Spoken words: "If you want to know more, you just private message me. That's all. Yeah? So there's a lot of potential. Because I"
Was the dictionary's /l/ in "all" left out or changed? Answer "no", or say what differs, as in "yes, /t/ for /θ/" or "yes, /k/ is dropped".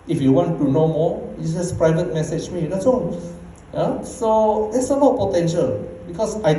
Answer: yes, /n/ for /l/